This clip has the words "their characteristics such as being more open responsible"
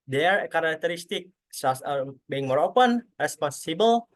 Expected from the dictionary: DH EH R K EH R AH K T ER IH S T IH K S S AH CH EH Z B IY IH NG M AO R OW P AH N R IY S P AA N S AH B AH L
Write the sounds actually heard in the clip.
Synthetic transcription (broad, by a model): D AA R K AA R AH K T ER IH S T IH K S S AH S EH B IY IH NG M AO R OW P AH N R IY S P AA N S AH B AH L